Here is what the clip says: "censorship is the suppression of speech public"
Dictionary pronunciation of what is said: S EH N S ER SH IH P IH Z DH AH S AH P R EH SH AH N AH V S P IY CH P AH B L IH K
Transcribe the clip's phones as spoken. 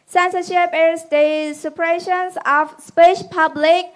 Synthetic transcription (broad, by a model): S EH N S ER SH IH P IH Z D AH S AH P R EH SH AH N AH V S P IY SH P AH B L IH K